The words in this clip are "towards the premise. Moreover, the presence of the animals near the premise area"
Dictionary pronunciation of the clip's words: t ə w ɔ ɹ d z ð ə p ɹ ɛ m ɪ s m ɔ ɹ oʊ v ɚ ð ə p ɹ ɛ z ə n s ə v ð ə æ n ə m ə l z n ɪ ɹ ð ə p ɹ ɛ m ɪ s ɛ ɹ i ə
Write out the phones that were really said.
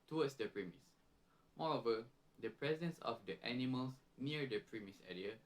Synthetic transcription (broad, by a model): t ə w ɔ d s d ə p ɹ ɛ m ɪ s m ɔ ɹ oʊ v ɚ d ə p ɹ ɛ z ə n s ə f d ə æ n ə m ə l s n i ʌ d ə p ɹ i m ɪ s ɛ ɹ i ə